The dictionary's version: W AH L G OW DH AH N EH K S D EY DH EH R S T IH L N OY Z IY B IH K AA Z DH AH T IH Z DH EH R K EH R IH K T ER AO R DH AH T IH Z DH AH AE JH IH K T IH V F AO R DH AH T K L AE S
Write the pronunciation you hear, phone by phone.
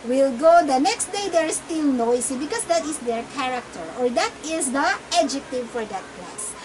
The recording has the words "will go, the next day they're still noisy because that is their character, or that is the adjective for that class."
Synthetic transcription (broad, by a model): W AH L G OW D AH N EH K S D EY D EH R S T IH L N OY S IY B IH K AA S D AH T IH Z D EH R K EH R IH K T ER AO R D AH T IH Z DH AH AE JH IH K T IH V F AO R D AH T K L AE S